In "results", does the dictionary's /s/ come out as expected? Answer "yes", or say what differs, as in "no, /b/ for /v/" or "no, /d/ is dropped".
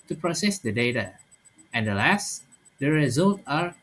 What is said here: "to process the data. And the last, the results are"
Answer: no, /s/ is dropped